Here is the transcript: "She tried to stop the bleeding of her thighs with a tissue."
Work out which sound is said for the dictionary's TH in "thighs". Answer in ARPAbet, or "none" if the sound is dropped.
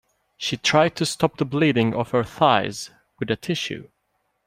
TH